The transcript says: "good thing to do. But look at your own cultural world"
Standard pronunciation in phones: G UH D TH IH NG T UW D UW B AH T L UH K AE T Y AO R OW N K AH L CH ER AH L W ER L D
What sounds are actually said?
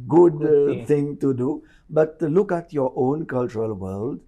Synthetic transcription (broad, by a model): G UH D T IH NG T UW D UW B AH T L UH K AE T Y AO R OW N K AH L CH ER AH L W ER L D